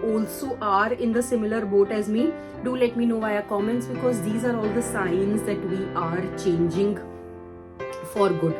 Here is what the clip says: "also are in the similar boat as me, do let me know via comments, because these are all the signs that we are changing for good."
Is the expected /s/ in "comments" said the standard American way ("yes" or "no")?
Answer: yes